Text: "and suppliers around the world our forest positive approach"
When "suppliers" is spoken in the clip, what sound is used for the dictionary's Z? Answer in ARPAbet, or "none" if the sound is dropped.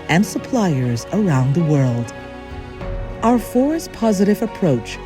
Z